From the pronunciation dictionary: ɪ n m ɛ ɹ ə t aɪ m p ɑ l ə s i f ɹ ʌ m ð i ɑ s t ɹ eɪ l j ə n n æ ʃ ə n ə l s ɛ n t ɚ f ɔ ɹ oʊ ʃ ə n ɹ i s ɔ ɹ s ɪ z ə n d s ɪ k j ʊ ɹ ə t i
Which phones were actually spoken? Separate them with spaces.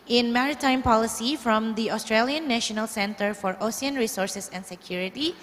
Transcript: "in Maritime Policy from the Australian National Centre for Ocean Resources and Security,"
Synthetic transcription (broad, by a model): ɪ n m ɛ ɹ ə t aɪ m p ɑ l ə s i f ɹ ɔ m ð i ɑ s t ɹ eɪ l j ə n n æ ʃ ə n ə l s ɛ n t ɚ f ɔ ɹ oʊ s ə n ɹ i s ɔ ɹ s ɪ s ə n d s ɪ k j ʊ ɹ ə t i